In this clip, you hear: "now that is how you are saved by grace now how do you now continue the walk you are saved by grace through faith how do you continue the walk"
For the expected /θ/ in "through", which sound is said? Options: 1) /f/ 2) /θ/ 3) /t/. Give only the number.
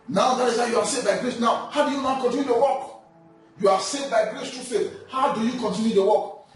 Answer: 3